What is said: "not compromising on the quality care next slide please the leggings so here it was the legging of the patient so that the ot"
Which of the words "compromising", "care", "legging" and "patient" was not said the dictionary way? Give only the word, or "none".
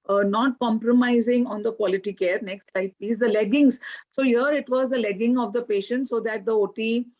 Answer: none